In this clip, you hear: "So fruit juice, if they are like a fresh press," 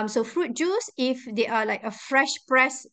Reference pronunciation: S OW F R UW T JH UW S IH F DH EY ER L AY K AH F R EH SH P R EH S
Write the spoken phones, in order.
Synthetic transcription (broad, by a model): S OW F R UW T JH UW S IH F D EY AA L AY K AH F R EH SH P R EH S